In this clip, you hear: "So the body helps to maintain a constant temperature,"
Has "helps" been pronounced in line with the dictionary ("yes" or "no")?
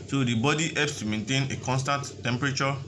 no